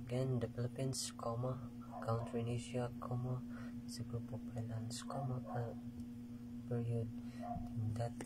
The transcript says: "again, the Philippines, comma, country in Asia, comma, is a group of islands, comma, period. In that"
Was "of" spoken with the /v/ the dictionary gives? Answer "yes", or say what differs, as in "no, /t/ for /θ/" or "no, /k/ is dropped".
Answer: no, /p/ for /v/